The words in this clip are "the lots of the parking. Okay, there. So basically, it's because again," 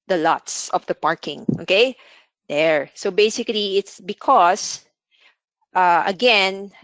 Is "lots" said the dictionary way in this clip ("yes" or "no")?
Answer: yes